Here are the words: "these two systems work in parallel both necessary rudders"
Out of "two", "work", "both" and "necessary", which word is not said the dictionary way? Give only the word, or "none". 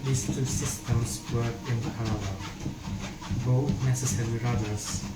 work